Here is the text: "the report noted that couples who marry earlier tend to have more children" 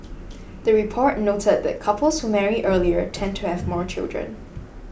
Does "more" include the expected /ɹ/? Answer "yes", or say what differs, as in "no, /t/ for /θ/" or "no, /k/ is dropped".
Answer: yes